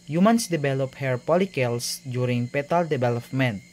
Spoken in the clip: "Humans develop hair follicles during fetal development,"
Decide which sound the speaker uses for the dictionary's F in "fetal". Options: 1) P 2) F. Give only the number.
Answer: 1